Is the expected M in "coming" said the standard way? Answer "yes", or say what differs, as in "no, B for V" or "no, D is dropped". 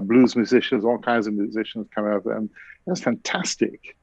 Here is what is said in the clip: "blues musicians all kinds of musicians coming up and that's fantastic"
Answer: no, M is dropped